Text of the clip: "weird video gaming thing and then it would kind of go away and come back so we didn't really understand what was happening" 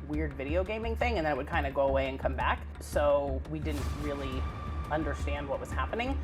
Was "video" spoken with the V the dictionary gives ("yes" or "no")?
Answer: yes